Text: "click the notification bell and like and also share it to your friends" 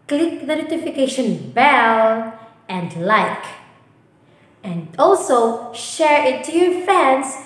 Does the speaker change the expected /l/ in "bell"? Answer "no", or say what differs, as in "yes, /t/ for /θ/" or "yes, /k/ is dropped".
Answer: yes, /n/ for /l/